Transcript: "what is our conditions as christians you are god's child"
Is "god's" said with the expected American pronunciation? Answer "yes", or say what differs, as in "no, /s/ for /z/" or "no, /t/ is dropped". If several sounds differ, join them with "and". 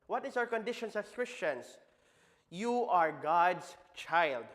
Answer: no, /s/ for /z/